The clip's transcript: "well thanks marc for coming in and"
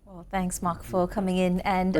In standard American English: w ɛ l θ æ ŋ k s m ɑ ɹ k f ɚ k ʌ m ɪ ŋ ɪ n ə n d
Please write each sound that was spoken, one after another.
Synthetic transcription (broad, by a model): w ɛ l θ æ ŋ k s m ɑ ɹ k f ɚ k ʌ m ɪ ŋ ɪ n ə n